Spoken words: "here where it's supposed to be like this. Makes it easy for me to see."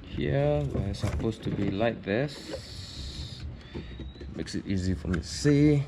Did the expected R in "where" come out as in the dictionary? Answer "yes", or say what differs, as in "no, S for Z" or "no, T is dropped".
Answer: no, W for R